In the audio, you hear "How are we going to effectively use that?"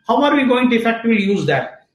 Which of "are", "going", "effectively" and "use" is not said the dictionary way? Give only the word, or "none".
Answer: effectively